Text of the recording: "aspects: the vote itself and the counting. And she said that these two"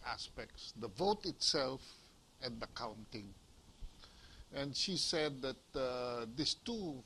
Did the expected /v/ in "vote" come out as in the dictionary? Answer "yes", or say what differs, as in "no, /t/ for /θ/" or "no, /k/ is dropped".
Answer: yes